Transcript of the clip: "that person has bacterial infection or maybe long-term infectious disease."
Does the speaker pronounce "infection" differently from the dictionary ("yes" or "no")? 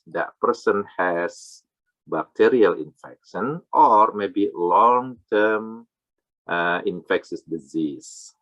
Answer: no